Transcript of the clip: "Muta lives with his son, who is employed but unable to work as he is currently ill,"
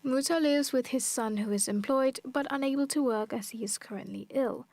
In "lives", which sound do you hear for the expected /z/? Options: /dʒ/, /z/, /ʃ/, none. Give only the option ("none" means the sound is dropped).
/z/